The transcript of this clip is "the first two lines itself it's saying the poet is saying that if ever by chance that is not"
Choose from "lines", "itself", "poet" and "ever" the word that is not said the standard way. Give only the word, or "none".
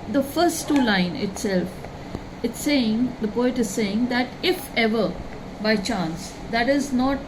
lines